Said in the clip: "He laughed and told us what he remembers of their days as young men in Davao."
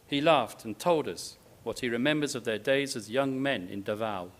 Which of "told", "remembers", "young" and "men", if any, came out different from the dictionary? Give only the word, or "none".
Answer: none